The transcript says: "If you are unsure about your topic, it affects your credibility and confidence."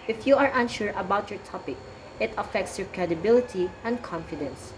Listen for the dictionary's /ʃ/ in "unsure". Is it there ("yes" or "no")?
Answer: yes